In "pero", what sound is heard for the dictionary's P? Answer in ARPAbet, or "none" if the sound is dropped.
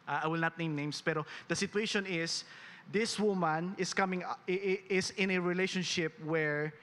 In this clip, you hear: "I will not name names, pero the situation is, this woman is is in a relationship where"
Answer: P